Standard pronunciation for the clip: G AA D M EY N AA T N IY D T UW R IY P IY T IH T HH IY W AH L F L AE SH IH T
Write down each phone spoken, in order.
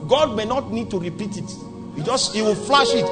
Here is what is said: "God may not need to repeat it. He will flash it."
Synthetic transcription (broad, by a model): G AA D M EY N AA T N IY D T UW R IY P IY T IH T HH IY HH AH W F L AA SH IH T